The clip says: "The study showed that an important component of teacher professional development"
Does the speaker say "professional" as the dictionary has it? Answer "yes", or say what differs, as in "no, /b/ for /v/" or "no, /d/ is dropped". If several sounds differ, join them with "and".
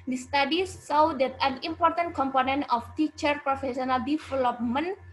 no, /s/ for /ʃ/